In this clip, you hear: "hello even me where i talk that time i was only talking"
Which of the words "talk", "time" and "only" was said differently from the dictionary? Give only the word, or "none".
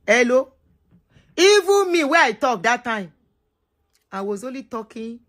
only